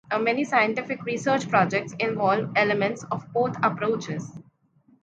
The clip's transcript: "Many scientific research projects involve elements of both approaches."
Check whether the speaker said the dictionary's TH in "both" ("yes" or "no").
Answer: no